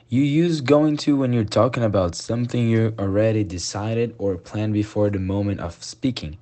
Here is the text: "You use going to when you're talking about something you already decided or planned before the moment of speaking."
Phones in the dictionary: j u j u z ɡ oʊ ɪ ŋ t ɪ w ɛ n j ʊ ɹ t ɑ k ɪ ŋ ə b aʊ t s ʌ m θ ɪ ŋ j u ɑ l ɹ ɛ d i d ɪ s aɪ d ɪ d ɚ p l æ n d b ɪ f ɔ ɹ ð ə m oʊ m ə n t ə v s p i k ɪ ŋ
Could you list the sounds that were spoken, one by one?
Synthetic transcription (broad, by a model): j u j u z ɡ oʊ ɪ ŋ t ɪ w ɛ n j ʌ ɹ t ɑ k ɪ ŋ ə b aʊ t s ʌ m θ ɪ ŋ j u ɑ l ɹ ɛ d i d ɪ s aɪ d ɪ d ɚ p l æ n b ɪ f ɔ ɹ ð ə m oʊ m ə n t ə v s p i k ɪ ŋ